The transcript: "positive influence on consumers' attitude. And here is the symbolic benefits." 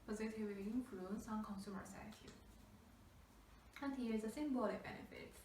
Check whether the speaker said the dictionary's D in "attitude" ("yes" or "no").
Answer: no